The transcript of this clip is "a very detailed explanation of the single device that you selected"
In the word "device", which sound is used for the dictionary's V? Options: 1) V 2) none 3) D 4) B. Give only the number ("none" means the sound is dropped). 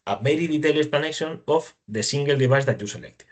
4